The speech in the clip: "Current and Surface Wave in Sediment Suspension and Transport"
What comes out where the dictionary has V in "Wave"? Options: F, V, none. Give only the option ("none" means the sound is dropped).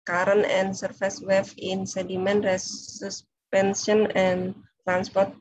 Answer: F